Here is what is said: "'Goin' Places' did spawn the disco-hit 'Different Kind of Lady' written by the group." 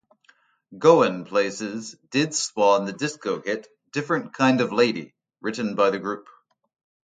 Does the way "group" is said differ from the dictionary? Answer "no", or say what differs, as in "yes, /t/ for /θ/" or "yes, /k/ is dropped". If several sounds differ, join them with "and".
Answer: no